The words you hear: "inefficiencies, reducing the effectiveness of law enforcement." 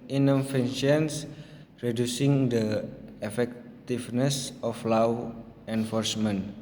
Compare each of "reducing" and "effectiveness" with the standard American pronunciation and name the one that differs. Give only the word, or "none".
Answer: effectiveness